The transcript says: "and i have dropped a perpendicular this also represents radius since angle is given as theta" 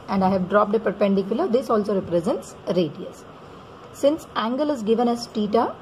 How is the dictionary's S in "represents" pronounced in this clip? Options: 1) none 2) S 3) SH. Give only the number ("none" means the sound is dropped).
2